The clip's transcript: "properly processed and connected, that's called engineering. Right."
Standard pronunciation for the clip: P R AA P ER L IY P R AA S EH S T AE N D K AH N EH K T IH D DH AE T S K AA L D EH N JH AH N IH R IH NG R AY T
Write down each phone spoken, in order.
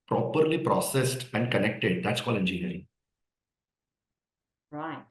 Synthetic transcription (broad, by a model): P R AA P ER L IY P R AA S EH S T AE N D K AH N EH K T IH D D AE T S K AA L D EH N JH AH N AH R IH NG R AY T